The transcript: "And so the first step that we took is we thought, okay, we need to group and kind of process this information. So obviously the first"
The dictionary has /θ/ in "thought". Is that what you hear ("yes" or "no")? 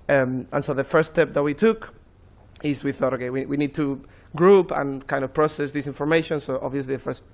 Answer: yes